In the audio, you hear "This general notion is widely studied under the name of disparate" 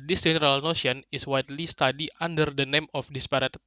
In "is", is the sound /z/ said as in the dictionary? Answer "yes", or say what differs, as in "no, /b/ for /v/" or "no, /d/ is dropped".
no, /s/ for /z/